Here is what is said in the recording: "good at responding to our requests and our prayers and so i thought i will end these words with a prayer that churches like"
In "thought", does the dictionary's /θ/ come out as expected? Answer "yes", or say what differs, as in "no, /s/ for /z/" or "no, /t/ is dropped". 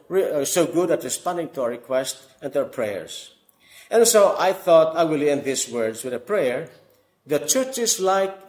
yes